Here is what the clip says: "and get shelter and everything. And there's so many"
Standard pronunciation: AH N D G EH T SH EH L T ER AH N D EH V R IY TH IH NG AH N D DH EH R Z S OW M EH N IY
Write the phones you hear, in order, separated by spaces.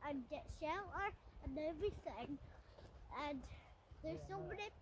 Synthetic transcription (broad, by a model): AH N G EH T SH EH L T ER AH N EH V R IY TH IH NG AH N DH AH R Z S OW M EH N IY